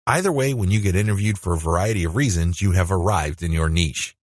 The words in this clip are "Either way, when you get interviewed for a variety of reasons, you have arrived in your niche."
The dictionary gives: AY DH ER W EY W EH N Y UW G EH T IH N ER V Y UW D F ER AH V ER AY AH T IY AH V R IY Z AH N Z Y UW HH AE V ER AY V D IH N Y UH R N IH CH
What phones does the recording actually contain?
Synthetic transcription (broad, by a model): AY DH ER W EY W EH N Y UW G EH T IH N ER V Y UW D F ER AH V ER AY AH T IY AH V R IY Z AH N Z Y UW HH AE V ER AY V D IH N Y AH R N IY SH